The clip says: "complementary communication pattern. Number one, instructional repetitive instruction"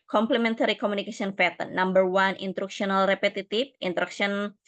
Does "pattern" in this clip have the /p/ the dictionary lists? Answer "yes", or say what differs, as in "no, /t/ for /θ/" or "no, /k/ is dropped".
no, /f/ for /p/